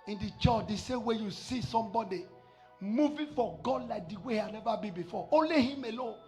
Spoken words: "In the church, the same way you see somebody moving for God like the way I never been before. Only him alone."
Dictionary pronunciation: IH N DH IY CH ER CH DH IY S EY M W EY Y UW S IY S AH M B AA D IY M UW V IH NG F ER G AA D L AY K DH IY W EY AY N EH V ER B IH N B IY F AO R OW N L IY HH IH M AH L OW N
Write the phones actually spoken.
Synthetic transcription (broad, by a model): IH N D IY CH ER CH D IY S EY M W EY Y UW S IY S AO M B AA D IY M UW V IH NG F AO G AA D L AY K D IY W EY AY N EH V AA B IH N B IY F AO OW L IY HH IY M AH L OW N